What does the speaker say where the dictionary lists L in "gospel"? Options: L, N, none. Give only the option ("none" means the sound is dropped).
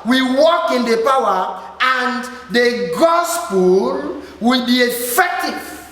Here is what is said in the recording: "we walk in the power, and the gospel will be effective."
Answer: L